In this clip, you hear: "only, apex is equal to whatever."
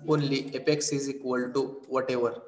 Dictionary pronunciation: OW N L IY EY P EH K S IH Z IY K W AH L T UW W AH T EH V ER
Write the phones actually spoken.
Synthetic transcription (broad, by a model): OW N L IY EY P EH K S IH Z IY K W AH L T UW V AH T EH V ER